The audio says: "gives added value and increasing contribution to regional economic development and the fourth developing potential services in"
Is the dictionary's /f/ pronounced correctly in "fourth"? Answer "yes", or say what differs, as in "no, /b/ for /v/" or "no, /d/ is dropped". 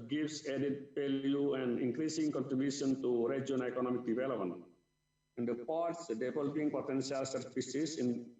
no, /p/ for /f/